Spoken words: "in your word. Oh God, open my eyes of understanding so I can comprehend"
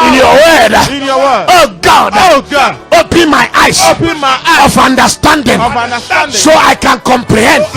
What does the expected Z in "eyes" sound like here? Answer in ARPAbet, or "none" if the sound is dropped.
S